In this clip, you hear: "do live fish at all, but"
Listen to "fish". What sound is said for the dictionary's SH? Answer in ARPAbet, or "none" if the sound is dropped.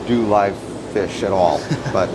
SH